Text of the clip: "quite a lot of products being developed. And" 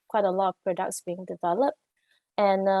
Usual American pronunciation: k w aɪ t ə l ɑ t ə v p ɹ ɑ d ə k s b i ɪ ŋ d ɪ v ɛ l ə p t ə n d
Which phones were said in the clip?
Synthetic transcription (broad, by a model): k w aɪ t ə l ɑ t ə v p ɹ ɑ d ə k s b i ɪ ŋ d ɪ v ɛ l ə p t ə n